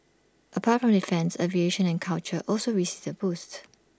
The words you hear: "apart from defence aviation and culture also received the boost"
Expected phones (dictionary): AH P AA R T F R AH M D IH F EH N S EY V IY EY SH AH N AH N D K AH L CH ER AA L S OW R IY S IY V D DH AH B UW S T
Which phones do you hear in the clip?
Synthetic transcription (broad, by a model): AH P AA T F R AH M D IH F EH N S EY V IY EY SH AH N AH N K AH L CH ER AA L S OW R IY S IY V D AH B UW S T